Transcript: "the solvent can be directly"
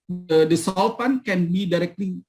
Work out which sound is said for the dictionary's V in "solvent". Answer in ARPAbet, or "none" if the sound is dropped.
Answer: F